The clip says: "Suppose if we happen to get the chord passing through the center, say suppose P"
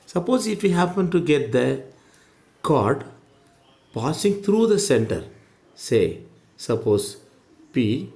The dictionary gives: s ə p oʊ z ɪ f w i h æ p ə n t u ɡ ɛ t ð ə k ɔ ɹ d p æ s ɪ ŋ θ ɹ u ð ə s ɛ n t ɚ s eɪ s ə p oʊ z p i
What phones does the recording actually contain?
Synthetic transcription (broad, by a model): s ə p oʊ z ɪ f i h æ p ə n t u ɡ ɛ t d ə k ɔ ɹ d p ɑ s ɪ ŋ t ɹ u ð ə s ɛ n t ɚ s eɪ s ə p oʊ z p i